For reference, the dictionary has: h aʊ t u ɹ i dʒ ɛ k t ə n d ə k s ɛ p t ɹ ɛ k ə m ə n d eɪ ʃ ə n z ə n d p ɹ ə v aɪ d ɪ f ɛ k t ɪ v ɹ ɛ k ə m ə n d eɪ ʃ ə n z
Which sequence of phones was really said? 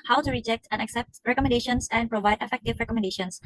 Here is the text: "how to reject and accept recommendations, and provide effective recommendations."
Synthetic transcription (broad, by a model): h aʊ t u ɹ i dʒ ɛ k t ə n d ə k s ɛ p t ɹ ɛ k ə m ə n d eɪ ʃ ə n s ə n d p ɹ ə v aɪ d ɪ f ɛ k t ɪ v ɹ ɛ k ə m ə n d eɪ ʃ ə n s